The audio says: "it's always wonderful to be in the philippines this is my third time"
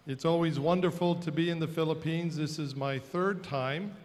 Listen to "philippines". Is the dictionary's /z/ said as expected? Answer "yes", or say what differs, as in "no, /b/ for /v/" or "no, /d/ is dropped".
yes